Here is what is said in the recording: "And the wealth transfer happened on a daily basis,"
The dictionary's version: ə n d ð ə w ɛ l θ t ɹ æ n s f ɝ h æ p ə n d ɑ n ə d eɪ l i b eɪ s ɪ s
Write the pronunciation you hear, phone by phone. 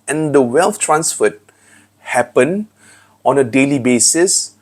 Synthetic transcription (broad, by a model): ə n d ə w ɛ l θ t ɹ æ n s f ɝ h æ p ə n ɑ n ə d eɪ l i b eɪ s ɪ s